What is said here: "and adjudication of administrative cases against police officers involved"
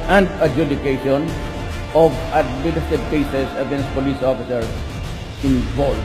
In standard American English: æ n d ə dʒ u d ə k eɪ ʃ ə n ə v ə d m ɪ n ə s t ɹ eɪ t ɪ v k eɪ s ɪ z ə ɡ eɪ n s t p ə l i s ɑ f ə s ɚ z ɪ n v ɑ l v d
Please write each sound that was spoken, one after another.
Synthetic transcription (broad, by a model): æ n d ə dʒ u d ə k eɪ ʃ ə n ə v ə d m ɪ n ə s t eɪ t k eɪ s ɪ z ə ɡ eɪ n s t p ə l i s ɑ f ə s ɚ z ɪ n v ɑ l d